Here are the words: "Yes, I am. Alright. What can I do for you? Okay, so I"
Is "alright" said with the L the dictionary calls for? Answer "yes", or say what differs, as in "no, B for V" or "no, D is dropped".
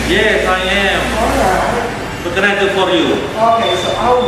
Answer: no, L is dropped